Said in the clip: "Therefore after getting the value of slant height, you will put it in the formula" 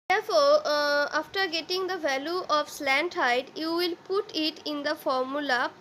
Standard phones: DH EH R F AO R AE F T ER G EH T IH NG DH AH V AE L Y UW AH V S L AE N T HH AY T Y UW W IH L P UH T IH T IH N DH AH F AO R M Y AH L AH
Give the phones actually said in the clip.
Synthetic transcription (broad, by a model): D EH R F AO R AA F T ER G EH T IH NG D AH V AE L Y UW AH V S L AE N T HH AY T Y UW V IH L P UH T IH T IH N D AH F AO R M Y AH L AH